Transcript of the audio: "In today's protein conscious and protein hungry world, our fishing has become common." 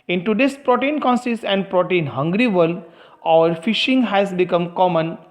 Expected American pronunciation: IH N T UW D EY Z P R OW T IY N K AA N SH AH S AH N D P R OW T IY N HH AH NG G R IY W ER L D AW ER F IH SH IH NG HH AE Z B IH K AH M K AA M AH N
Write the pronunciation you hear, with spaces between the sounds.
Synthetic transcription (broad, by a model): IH N T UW D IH S P R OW T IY N K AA N S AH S AH N D P R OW T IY N HH AH NG G R IY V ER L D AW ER F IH SH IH NG HH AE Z B IH K AH M K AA M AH N